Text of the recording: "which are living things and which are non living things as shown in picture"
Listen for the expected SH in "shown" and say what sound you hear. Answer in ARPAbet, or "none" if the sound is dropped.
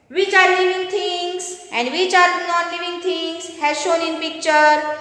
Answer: SH